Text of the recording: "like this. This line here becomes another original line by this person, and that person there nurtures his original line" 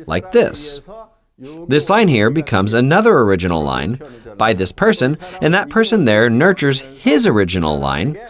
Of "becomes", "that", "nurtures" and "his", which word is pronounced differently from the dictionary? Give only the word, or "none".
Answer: none